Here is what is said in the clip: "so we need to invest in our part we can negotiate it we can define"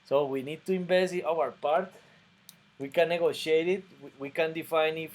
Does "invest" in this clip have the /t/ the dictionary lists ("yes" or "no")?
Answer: no